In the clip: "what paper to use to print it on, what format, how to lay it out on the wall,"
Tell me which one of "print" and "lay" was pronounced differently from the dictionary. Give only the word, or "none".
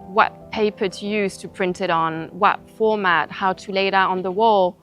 none